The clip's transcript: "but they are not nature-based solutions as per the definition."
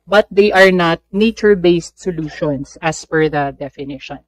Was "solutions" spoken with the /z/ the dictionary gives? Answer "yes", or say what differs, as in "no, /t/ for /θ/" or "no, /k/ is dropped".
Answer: no, /s/ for /z/